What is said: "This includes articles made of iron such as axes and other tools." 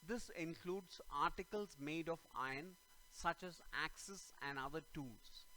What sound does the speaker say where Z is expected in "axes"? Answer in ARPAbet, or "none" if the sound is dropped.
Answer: S